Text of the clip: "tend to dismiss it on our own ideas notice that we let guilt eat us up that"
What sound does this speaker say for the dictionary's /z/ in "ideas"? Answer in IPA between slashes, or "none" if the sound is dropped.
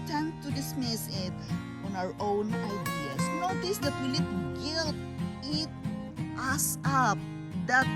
/s/